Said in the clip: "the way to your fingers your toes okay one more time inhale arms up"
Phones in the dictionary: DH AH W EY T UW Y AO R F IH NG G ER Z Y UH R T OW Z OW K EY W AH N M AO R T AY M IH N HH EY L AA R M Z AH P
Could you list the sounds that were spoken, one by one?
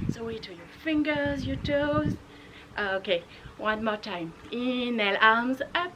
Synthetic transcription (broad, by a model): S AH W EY T UW Y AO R F IH NG G ER Z Y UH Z T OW OW K EY W AH N M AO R T AY M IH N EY L AA R M Z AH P